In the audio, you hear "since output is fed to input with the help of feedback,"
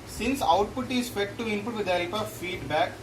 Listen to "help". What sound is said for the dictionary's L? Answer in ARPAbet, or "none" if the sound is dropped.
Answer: none